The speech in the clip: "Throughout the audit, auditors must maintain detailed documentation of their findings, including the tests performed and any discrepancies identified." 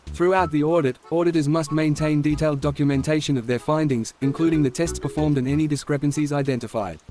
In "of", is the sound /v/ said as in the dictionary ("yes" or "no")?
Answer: yes